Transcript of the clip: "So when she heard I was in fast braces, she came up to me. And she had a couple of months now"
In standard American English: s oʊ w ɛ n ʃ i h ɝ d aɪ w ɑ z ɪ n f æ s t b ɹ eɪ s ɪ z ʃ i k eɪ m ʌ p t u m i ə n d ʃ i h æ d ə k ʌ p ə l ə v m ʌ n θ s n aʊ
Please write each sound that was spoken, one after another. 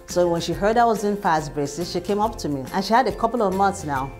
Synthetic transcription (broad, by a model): s oʊ w ɛ n ʃ i h ɝ d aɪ w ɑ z ɪ n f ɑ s b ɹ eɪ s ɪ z ʃ i k eɪ m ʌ p t u m i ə n ʃ i h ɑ d ə k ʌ p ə l ə v m ʌ n θ s n aʊ